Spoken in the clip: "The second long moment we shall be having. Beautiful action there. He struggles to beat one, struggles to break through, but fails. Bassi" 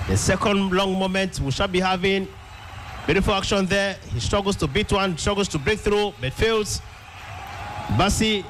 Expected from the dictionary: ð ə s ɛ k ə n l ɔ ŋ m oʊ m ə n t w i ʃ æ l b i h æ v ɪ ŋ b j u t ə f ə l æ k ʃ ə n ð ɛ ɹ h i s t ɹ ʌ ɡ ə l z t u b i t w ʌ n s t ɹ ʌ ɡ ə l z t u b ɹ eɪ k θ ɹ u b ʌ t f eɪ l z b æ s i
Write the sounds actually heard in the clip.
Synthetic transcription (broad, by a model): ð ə s ɛ k ə n l ɔ ŋ m oʊ m ə n t w i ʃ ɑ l b i h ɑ v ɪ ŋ b j u t ə f ə l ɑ k ʃ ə n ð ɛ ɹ h i s t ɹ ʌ ɡ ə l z t u b i t w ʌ n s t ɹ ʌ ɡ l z t u b ɹ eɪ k θ ɹ u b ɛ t f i l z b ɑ s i